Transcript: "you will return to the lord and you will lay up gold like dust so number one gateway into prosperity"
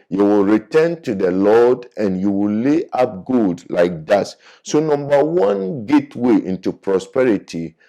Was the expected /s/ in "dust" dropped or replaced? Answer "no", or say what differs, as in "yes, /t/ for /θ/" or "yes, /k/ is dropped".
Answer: yes, /s/ is dropped